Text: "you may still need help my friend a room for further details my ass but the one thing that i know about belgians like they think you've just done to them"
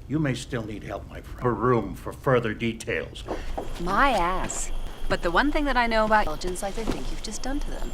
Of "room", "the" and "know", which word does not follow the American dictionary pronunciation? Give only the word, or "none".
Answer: none